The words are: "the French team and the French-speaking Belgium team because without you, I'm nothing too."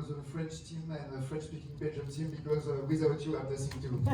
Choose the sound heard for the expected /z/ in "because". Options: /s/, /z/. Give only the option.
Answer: /z/